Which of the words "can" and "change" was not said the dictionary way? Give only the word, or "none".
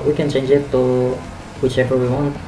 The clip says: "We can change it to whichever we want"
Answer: none